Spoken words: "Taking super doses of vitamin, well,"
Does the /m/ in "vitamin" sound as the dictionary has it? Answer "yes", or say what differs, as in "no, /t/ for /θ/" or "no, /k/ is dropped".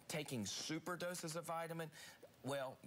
yes